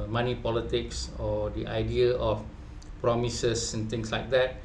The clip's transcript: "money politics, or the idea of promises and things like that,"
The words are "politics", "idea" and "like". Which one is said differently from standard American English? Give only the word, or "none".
none